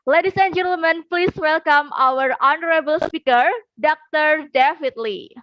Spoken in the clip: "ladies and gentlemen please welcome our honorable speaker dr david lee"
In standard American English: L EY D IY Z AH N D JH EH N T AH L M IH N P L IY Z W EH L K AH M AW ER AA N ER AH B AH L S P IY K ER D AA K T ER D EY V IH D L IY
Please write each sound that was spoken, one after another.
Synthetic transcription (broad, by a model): L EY D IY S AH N JH EH N T AH L M IH N P L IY S W EH L K AH M AW ER AA N ER AH B AH L S P IY K ER D AA K T ER D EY F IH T L IY